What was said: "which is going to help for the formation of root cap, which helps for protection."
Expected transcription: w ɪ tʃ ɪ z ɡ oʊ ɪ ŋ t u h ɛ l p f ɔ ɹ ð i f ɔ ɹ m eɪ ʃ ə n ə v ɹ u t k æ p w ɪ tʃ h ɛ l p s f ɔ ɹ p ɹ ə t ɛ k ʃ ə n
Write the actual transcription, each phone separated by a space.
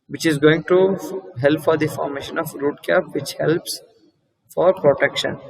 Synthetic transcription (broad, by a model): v ɪ tʃ ɪ z ɡ oʊ ɪ ŋ t u h ɛ l p f ɔ ɹ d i f ɔ ɹ m eɪ ʃ ə n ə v ɹ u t k æ p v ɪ tʃ h ɛ l p s f ɔ ɹ p ɹ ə t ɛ k ʃ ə n